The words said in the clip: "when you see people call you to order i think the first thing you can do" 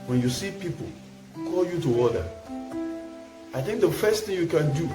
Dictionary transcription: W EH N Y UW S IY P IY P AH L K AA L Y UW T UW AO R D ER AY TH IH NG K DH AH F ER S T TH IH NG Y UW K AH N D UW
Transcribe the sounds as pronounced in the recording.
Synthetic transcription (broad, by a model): W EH N Y UW S IY P IY P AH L K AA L Y UW T UW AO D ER AY TH IH NG K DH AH F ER S T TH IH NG Y UW K AH N D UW